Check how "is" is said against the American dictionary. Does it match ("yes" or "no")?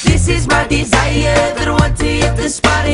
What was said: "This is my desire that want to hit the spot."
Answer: yes